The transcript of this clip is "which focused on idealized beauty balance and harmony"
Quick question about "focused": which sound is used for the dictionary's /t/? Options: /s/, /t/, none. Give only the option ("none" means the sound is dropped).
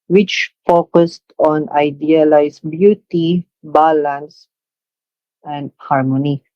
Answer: /t/